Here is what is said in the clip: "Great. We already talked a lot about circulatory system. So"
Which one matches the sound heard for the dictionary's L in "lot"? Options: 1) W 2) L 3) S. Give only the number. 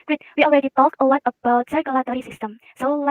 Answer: 1